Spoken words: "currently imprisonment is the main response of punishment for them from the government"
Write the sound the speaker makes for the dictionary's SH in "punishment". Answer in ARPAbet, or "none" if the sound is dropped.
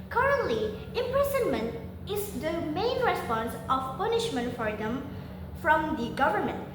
SH